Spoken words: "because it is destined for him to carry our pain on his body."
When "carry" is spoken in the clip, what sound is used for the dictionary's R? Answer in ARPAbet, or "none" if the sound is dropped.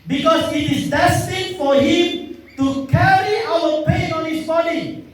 R